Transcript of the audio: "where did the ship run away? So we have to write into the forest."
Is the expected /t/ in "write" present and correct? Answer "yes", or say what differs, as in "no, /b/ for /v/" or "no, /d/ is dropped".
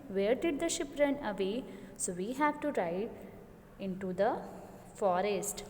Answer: no, /t/ is dropped